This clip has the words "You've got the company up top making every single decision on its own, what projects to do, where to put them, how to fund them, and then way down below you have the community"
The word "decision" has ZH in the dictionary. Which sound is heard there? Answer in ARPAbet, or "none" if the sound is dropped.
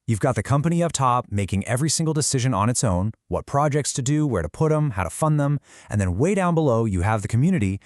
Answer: ZH